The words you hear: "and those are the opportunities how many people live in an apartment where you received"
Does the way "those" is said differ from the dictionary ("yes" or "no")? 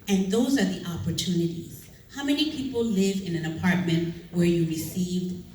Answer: no